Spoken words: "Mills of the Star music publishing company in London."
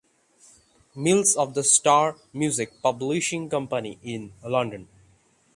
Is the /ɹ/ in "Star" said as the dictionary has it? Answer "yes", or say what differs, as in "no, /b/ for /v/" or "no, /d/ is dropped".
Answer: yes